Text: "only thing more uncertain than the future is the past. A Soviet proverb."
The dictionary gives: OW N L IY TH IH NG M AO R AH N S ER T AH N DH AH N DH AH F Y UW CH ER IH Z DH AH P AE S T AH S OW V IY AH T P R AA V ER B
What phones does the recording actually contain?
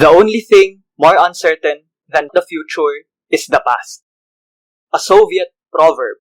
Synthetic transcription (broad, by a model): OW N L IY TH IH NG M AO R AH N S ER T AH N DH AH N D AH F Y UW CH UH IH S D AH P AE S T AH S OW V IY AH T P R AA V ER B